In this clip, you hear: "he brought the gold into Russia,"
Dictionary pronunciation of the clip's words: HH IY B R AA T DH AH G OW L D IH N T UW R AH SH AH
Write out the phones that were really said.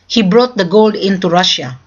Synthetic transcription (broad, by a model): HH IY B R AA T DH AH G OW L D IH N T UW R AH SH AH